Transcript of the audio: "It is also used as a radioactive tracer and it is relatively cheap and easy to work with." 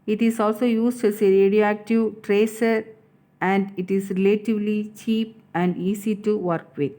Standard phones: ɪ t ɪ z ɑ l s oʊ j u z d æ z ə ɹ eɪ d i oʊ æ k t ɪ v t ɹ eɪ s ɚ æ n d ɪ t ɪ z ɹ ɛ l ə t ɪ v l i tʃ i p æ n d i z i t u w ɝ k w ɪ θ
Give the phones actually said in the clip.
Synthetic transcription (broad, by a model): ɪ t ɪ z ɑ l s oʊ j u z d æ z ə ɹ eɪ d i oʊ æ k t ɪ v t ɹ eɪ s ɚ æ n d ɪ t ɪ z ɹ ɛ l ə t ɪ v l i tʃ i p æ n d i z i t u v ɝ k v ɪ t